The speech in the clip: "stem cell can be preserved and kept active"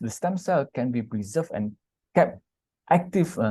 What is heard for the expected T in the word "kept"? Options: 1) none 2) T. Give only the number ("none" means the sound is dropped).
2